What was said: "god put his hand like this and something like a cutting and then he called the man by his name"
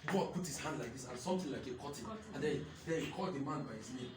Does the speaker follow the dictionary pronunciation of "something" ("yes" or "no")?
no